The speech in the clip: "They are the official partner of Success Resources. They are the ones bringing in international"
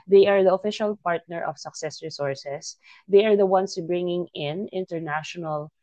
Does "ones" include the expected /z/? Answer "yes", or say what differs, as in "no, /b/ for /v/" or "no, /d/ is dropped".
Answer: no, /s/ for /z/